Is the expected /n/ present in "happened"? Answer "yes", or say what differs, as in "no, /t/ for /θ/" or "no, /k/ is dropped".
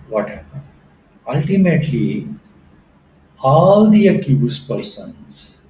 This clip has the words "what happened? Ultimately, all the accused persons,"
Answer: no, /n/ is dropped